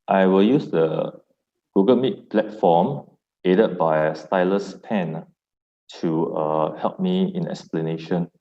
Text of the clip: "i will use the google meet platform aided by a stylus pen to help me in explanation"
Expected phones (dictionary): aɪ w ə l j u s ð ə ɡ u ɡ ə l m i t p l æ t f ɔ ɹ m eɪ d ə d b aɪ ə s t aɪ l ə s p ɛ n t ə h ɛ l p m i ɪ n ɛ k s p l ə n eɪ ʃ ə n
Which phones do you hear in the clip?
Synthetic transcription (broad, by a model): aɪ w ə l j u s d ə ɡ u ɡ ə l m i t p l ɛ t f ɔ m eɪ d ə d b aɪ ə s t aɪ l ə s p ɛ n t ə h ɛ l p m i ɪ n ɛ k s p l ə n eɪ ʃ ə n